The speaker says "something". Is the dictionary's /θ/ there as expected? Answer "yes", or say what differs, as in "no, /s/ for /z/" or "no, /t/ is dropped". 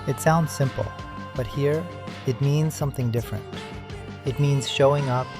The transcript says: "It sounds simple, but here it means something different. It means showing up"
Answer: yes